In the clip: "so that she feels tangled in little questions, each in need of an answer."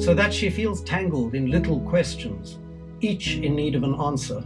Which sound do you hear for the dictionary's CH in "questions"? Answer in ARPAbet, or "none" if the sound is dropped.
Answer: CH